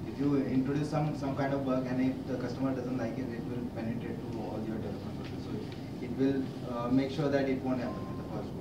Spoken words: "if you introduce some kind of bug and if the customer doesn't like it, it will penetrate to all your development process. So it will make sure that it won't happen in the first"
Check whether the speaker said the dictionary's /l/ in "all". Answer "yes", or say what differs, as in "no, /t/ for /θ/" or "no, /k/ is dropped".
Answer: yes